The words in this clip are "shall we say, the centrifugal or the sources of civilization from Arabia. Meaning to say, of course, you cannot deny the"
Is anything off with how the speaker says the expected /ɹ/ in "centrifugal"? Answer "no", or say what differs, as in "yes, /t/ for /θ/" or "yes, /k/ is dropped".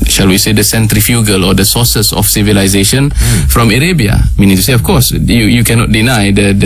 no